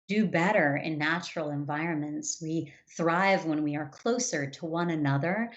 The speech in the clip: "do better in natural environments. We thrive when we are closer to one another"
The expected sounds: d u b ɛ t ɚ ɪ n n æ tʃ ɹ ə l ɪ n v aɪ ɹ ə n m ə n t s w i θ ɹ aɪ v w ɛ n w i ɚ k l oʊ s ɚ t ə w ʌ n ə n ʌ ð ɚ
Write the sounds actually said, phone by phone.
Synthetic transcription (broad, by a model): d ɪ b ɛ t ɚ ɪ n n æ tʃ ɹ l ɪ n v aɪ ɹ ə n m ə n t s w i θ ɹ aɪ v w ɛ n w i ɚ k l oʊ s ɚ t ə w ʌ n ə n ʌ ð ɚ